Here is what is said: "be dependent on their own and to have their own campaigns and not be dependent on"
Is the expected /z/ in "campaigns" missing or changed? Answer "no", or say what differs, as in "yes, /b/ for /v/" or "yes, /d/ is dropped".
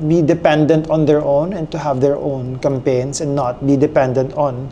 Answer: yes, /s/ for /z/